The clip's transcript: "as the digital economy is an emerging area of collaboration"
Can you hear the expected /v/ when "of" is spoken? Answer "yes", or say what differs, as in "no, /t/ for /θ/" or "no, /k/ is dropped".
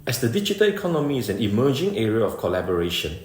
no, /f/ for /v/